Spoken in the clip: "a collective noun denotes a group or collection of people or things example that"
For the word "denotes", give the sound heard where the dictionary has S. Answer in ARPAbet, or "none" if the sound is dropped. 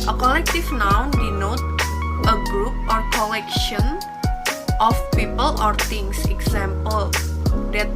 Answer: none